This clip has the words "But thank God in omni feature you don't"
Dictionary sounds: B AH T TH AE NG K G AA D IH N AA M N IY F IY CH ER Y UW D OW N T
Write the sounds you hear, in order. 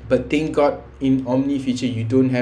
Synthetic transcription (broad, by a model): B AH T T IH NG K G AA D IH N AA M N IY F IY CH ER Y UW D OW N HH